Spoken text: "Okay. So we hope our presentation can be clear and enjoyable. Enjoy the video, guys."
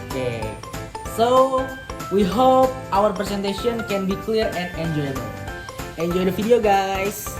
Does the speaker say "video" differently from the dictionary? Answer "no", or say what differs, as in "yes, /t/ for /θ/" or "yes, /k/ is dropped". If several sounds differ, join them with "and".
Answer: yes, /f/ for /v/